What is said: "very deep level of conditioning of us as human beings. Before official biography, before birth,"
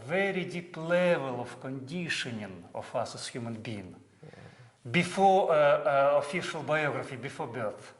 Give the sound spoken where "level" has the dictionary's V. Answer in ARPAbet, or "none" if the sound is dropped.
V